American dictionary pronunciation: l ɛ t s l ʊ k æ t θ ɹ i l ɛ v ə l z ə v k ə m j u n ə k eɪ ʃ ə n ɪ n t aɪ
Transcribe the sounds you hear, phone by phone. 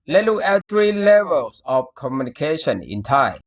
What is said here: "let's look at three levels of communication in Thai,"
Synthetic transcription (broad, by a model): l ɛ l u æ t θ ɹ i l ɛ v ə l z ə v k ə m j u n ə k eɪ ʃ ə n ɪ n t aɪ